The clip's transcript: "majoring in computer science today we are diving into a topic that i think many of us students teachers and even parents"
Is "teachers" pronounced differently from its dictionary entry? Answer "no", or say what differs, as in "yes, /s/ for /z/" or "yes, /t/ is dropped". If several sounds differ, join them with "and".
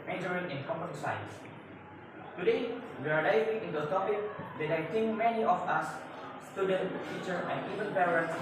yes, /z/ is dropped